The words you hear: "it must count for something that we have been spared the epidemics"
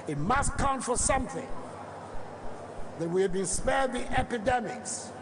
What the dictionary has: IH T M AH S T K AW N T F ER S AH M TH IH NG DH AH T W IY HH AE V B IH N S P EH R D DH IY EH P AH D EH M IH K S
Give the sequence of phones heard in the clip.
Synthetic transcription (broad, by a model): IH T M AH S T K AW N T F ER S AH M TH IH NG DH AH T W IY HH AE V B IH N S P EH R D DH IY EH P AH D EH M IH K S